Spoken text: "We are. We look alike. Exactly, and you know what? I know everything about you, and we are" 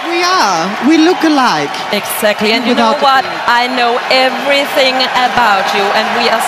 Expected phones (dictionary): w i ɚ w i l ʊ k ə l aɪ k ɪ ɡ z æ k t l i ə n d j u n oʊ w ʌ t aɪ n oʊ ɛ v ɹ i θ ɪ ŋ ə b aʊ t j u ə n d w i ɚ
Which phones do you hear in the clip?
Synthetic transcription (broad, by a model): w i ɚ w i l ʊ k ə l aɪ k ɪ ɡ z æ k t l i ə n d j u n oʊ w ʌ t aɪ n oʊ ɛ v ɹ i θ ɪ ŋ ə b aʊ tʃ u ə n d w i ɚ